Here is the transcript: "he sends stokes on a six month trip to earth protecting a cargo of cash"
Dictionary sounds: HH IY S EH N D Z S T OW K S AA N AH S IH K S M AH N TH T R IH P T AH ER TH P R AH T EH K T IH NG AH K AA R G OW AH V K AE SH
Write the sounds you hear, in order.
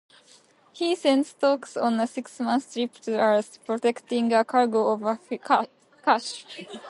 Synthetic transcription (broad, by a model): HH IY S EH N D S T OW K S AA N AH S IH K S M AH N S T R IH P T AH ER S P R AH T EH K T IH NG AH K AA R G OW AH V K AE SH